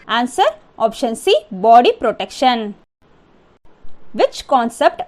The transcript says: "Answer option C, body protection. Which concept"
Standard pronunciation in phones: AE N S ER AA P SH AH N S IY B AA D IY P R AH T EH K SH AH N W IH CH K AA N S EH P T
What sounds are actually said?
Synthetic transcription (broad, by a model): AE N S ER AA P SH AH N S IY B AA D IY P R AH T EH K SH AH N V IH CH K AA N S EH P T